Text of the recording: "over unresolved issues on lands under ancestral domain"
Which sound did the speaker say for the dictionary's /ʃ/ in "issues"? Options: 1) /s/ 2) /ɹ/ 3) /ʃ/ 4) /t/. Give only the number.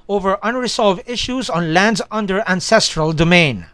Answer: 3